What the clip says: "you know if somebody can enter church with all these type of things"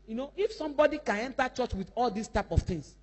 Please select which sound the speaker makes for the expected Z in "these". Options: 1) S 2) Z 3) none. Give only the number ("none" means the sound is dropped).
1